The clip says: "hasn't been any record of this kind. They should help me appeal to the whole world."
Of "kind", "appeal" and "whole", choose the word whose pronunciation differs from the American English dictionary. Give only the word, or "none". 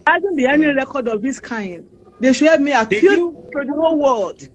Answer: appeal